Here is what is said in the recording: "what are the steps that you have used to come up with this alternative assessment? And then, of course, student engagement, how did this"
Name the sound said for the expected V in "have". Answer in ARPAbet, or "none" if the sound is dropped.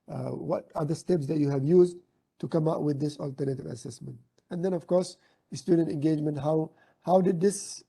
V